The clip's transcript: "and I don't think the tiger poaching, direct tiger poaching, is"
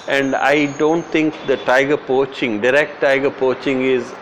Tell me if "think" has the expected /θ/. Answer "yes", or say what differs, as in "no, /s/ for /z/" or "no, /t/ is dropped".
no, /t/ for /θ/